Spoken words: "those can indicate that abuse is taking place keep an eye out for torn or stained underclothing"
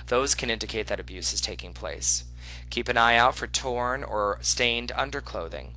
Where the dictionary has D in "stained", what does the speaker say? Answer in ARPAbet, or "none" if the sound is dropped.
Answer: D